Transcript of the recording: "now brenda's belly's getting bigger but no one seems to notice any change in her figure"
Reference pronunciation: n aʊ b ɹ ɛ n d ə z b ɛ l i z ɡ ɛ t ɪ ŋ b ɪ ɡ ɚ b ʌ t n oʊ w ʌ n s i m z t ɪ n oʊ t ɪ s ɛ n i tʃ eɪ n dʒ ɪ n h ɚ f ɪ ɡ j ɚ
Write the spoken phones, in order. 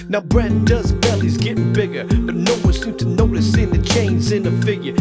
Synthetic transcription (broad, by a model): n aʊ b ɹ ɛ n d ə z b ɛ l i z ɡ ɛ t ɪ ŋ b ɪ ɡ ɚ b ʌ t n oʊ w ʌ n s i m t ɪ n oʊ t ɪ s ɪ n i tʃ eɪ n z ɪ n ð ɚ f ɪ ɡ j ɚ